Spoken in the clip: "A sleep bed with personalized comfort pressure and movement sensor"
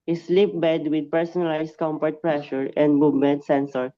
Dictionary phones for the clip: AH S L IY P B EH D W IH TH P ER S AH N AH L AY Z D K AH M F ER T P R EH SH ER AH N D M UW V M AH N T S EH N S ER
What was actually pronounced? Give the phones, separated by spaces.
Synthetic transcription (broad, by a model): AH S L IY P B EH D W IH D P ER S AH N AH L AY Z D K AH M P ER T P R EH SH ER AH N D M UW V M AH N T S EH N S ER